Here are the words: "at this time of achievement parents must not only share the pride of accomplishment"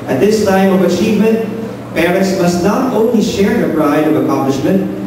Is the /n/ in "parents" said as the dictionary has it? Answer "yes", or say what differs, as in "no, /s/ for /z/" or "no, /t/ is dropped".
no, /n/ is dropped